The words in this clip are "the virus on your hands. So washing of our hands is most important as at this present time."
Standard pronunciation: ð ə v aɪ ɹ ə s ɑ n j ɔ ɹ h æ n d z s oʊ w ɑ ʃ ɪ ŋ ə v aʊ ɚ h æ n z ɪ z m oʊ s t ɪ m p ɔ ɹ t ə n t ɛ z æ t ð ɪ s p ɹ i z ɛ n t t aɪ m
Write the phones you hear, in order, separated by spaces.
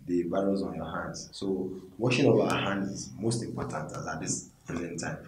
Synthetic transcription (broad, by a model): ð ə b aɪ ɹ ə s ɑ n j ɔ h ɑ n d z s oʊ w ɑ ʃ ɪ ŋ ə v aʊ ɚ h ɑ n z ɪ z m oʊ s t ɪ m p ɔ t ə n t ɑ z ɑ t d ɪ s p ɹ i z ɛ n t t aɪ m